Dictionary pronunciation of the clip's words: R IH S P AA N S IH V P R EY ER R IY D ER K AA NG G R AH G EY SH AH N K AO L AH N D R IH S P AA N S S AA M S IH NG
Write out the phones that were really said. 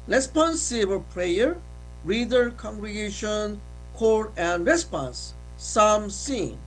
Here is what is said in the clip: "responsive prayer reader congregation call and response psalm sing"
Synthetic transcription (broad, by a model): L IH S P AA N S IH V P R EY ER R IY D ER K AA NG G R AH G EY SH AH N K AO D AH N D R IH S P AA N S S AA M S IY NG